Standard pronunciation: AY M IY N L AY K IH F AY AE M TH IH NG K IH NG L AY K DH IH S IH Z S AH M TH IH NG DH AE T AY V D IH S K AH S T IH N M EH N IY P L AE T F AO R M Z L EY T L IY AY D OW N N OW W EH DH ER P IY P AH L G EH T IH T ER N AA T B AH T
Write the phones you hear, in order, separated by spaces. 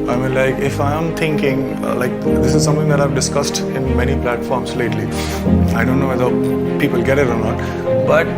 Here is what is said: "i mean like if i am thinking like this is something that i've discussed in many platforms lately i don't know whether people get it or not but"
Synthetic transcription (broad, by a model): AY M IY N L AY K IH F AY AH M T IH NG K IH NG L AY K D IH S IH Z S AH M T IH NG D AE T AY V D IH S K AH S T IH N M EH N IY P L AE T F AO R M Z L EY T L IY AY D OW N N OW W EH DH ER P IY P AH L G EH T IH T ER N AA T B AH T